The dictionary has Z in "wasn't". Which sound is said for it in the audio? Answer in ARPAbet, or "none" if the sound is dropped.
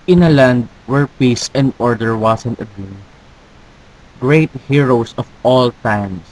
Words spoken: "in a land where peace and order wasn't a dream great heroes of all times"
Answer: S